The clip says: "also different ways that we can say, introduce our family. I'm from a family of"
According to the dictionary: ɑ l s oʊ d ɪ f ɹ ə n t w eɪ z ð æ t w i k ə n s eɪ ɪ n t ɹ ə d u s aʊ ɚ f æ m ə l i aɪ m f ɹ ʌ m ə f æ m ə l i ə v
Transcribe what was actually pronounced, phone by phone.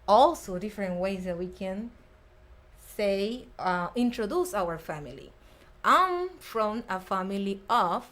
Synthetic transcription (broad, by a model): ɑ l s oʊ d ɪ f ɹ ə n t w eɪ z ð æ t w i k ə n s eɪ ɪ n t ɹ ə d u s aʊ ɚ f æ m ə l i aɪ m f ɹ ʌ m ə f æ m ə l i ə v